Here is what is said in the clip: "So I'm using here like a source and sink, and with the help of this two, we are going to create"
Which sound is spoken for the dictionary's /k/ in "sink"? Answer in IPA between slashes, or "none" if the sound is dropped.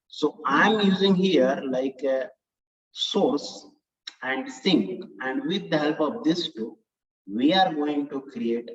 /k/